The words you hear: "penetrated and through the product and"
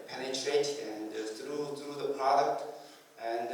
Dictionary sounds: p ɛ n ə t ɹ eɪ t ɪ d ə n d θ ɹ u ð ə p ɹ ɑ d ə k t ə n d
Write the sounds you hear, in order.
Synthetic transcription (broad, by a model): p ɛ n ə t ɹ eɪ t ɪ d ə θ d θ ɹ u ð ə p ɹ ɑ d ə k t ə n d